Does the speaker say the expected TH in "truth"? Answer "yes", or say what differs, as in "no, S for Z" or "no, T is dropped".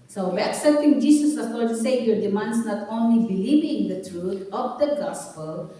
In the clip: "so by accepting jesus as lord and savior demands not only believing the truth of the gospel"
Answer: no, T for TH